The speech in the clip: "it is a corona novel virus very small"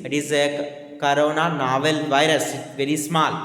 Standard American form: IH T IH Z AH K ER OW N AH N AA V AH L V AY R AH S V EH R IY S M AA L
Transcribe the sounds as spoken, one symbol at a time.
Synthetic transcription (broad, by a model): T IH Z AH K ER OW N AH N AA V AH L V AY R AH S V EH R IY S M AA L